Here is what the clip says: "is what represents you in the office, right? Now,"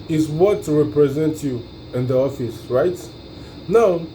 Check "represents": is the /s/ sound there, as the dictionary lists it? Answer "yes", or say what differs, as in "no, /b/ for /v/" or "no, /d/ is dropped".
no, /s/ is dropped